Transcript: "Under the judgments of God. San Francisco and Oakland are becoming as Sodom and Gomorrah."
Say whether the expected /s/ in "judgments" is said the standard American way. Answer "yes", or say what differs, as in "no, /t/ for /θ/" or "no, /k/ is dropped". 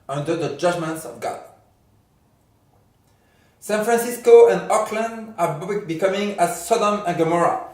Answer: yes